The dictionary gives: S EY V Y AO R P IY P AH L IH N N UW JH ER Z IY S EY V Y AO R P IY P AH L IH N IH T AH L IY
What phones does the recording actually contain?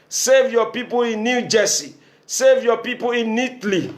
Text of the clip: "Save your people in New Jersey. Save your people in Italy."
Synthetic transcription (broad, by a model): S EY V Y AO P IY P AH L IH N N UW JH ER S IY S EY V Y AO P IY P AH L IH N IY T L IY